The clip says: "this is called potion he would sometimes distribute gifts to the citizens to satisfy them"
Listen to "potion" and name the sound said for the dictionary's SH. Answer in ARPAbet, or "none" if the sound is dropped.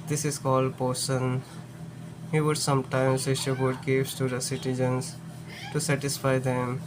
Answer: S